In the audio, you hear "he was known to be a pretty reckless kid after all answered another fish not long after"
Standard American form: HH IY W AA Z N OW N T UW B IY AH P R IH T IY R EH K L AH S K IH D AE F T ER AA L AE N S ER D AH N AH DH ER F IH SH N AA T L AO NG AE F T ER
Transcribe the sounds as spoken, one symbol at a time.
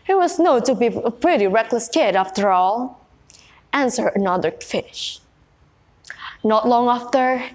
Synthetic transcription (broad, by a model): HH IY W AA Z N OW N T UW B IY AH P R IH T IY R EH K L AH S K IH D AE F T ER AA L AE N S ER AH N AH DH ER F IH SH N AA T L AO NG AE F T ER